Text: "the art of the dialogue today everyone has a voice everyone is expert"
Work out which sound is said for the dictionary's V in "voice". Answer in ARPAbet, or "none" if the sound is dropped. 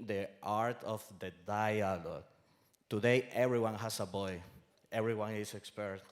B